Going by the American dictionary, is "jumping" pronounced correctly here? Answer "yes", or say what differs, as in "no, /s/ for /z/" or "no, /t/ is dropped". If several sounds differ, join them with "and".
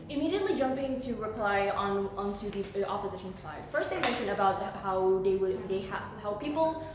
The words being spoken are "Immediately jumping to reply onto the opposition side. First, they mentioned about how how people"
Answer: yes